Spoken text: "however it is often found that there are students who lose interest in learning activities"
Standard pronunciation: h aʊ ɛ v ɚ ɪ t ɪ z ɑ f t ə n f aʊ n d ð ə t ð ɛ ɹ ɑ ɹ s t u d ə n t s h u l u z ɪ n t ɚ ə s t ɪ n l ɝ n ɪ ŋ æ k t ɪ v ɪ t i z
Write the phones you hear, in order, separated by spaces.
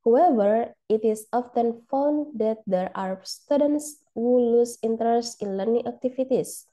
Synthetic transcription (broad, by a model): h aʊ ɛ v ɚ ɪ t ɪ s ɑ f t ə n f aʊ n d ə t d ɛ ɹ ɑ ɹ s t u d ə n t s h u l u s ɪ n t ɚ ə s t ɪ n l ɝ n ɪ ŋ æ k t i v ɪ t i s